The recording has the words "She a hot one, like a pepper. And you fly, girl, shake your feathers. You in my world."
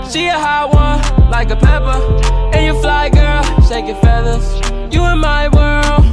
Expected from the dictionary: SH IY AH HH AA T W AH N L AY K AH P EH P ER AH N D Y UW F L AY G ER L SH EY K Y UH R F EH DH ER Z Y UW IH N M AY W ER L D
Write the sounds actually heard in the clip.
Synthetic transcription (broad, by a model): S IY AH HH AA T W AH N L AY K AH P EH P ER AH N Y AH F L AY G ER L S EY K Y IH F EH DH ER Z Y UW IH N M AY W ER L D